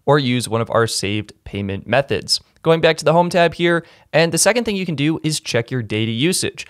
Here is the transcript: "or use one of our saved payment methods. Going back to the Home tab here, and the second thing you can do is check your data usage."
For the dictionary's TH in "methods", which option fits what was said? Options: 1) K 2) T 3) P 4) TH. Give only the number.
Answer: 4